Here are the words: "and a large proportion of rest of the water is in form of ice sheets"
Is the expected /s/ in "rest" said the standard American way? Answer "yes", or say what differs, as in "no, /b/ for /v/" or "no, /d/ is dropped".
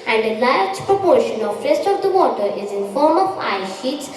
yes